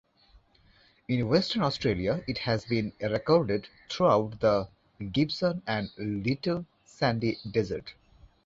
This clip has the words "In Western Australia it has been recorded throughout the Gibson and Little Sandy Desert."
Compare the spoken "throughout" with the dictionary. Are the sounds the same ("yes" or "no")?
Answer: no